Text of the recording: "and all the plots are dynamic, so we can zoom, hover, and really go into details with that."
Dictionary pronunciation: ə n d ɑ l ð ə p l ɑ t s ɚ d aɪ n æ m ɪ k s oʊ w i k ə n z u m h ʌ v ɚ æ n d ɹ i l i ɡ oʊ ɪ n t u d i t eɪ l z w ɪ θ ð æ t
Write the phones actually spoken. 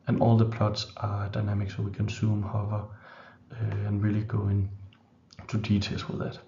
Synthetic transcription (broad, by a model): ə n ɑ l ð ə p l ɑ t s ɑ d aɪ n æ m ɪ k s oʊ w i k ə n s u m h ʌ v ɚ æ n ɹ i l i ɡ oʊ ɪ n t u d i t eɪ l s w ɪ ð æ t